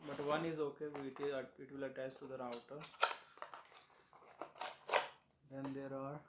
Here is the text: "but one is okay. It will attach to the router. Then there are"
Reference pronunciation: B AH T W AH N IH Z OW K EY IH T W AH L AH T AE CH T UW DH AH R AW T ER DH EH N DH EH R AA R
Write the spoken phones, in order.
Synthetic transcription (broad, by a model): B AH T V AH N IH Z OW K EY IH T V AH L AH T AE S T UW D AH R AW T ER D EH N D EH R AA R